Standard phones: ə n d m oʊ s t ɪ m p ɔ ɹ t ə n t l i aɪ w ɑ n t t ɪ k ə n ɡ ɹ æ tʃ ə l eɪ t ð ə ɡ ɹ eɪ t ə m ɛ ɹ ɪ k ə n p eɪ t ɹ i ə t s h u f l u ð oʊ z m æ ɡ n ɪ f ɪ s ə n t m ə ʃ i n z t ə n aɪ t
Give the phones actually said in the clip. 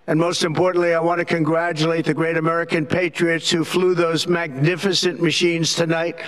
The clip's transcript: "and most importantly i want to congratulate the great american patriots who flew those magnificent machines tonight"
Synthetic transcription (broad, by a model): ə n m oʊ s t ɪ m p ɔ ɹ t n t l i aɪ w ɑ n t t ɪ k ə n ɡ ɹ æ tʃ ə l eɪ t ð ə ɡ ɹ eɪ t ə m ɛ ɹ ɪ k ə n p eɪ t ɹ i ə t s h u f l u ð oʊ z m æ ɡ n ɪ f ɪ s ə n m ə ʃ i n z t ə n aɪ t